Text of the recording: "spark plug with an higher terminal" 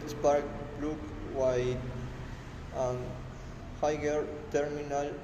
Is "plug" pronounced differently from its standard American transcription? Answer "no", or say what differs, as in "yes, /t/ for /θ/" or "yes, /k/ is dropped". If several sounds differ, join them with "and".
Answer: yes, /b/ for /p/